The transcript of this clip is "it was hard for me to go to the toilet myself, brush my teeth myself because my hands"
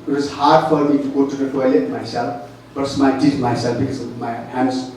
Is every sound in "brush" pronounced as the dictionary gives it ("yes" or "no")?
no